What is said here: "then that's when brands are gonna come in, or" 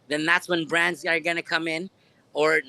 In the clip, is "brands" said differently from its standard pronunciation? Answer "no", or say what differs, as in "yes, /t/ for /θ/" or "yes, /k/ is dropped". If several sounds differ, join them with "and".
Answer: no